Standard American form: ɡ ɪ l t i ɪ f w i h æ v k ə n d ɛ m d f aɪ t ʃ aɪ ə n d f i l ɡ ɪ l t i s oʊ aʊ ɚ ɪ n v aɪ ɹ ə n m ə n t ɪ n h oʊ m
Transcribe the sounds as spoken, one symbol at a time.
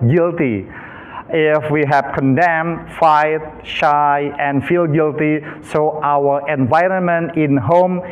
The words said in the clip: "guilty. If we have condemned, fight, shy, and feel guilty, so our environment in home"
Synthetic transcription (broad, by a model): ɡ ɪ l t i ɪ f w i h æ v k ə n d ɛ m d f aɪ t ʃ aɪ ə n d f i l ɡ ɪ l t i s oʊ aʊ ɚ ɪ n v aɪ ɹ ə n m ə n t ɪ n h oʊ m